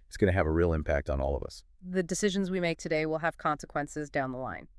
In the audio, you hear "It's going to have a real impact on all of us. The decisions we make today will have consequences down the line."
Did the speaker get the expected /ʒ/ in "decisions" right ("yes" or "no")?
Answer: yes